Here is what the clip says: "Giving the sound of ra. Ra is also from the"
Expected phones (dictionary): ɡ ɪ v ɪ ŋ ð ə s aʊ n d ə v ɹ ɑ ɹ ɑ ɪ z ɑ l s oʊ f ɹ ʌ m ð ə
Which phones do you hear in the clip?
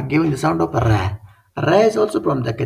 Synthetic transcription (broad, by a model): ɡ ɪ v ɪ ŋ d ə s aʊ n d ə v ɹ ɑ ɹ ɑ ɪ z ɑ l s oʊ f ɹ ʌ m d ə